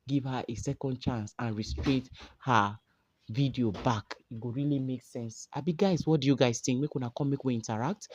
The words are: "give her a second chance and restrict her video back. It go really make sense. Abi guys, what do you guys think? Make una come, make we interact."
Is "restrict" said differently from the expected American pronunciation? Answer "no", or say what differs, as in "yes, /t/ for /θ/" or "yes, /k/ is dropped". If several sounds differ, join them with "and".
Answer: yes, /k/ is dropped